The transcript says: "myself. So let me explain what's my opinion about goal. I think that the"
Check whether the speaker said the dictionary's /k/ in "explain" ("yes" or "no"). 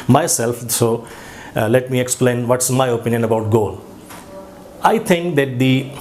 yes